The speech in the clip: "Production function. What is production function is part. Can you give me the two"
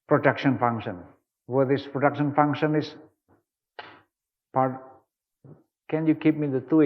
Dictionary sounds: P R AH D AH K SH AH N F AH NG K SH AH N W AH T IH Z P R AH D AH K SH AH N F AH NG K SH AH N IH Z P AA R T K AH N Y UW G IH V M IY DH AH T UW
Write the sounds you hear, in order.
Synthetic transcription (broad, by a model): P R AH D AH K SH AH N F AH NG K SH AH N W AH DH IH S P R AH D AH K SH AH N F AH NG K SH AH N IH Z P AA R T K AH N Y UW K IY P M IY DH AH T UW